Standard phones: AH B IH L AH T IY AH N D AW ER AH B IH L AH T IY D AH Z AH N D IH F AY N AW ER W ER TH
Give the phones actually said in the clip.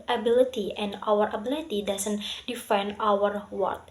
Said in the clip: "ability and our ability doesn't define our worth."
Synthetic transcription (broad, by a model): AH B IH L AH T IY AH N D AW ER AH B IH L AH T IY D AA S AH N D IH F AY N AW ER W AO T